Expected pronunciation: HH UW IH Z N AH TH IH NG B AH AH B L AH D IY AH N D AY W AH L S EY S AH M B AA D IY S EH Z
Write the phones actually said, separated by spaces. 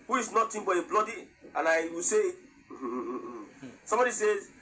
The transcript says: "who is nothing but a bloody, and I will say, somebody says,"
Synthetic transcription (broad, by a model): HH UW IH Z N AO T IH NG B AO AH B L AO D IY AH N AY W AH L S EY S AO M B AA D IY S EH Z